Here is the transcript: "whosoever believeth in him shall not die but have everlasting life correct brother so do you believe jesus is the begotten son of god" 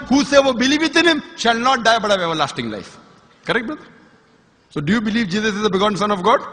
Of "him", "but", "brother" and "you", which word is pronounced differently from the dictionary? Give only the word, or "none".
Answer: brother